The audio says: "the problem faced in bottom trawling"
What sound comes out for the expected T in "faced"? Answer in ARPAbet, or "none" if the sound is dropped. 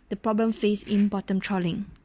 none